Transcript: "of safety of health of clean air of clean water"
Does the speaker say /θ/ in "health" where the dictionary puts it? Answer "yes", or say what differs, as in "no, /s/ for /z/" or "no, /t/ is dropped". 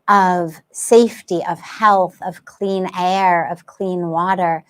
yes